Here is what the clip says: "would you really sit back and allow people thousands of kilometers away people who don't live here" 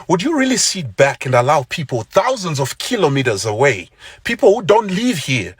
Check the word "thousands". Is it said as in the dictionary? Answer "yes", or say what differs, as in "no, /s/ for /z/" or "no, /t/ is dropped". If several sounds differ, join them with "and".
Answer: yes